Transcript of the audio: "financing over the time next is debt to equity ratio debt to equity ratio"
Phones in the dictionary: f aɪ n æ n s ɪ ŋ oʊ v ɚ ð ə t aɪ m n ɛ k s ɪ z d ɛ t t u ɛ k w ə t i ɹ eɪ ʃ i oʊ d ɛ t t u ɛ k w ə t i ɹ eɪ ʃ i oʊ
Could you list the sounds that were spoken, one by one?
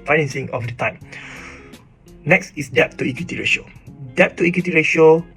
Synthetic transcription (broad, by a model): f aɪ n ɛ n s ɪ ŋ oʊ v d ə t aɪ m n ɛ k s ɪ s d ɛ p t u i k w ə t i ɹ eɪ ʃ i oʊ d ɛ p t u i k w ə t i ɹ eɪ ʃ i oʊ